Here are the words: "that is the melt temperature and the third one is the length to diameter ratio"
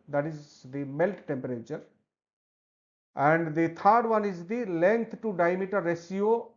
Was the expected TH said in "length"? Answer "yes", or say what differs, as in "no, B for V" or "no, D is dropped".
no, T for TH